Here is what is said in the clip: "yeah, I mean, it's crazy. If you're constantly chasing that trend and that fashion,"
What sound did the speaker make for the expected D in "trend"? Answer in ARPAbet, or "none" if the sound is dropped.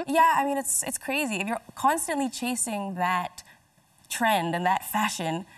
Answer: D